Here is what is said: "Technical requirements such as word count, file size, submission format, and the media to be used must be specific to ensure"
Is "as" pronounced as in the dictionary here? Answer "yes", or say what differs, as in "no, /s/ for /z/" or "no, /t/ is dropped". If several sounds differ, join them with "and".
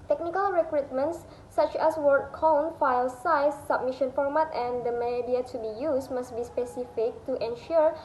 no, /s/ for /z/